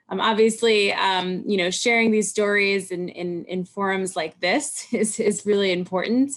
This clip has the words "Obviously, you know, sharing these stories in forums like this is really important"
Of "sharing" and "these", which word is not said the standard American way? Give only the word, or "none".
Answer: none